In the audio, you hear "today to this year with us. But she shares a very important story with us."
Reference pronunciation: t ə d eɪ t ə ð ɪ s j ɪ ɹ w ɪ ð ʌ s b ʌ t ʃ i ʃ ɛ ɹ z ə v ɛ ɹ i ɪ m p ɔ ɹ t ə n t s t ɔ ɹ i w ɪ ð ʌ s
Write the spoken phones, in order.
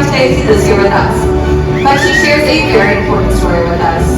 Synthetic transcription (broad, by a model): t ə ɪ s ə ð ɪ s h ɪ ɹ w ɪ ð ʌ s b ʌ t ʃ i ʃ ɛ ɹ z ə v ɛ ɹ i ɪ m p ɔ ɹ t n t s t ɔ ɹ i w ɪ ð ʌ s